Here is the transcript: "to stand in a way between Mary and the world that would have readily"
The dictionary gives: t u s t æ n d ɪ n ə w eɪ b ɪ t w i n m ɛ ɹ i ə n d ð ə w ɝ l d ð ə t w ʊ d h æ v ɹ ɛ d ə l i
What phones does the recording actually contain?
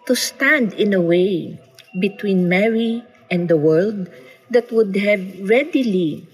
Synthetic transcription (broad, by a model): t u s t æ n d ɪ n ə w eɪ b ɪ t w i n m ɛ ɹ i ə n d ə w ɝ l d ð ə t w ʊ d h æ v ɹ ɛ d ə l i